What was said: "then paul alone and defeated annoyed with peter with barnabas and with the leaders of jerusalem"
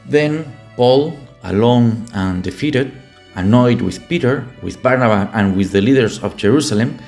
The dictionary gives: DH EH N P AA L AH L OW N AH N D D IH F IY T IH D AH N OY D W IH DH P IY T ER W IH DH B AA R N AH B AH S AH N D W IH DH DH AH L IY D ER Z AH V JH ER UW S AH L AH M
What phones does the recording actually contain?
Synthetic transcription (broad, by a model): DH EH N P AA L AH L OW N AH N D D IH F IY T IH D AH N OY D W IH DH P IY T ER W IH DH B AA R N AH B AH AH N W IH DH DH AH L IY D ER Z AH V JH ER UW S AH L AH M